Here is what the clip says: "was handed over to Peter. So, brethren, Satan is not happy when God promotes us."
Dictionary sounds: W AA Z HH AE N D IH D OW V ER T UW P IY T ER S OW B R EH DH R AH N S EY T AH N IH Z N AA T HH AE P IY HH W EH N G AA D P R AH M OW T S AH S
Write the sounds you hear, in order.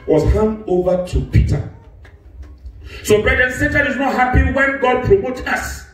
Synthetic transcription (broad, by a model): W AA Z HH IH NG OW V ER T UW P IY T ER S OW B R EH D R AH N S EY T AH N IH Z N AA T HH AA P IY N W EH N G AA D P R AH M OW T AH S